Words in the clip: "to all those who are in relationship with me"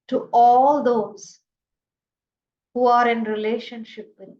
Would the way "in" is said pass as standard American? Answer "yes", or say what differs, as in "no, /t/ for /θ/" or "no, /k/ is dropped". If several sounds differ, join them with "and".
yes